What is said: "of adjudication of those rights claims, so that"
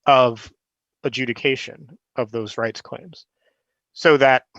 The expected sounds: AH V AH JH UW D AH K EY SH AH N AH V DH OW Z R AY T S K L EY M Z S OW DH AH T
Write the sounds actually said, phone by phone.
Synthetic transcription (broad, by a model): AH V AH JH UW D AH K EY SH AH N AH V DH OW Z R AY T S K L EY M Z S OW DH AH T